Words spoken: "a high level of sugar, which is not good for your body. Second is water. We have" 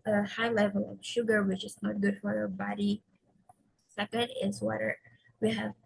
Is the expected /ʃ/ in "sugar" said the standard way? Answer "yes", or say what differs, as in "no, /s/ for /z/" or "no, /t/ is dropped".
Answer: yes